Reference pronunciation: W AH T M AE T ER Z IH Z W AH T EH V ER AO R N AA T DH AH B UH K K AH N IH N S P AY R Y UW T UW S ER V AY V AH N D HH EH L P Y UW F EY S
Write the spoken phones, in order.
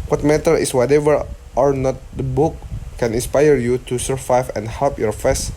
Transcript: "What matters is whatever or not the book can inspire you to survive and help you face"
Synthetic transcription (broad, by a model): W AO T M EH T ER IH S W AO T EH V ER AO R N AA T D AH B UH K K AH N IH N S P AY R Y UW T UW S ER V AY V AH N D HH EH L P Y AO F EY S